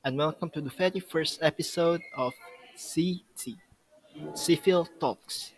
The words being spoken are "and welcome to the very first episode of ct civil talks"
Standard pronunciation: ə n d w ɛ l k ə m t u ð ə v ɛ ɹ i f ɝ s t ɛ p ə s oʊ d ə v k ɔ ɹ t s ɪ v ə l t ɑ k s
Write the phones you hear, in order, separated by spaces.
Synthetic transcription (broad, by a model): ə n w ɛ l k ə m t u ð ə f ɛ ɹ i f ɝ s t ɛ p ə s oʊ d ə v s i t s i f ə l t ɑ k s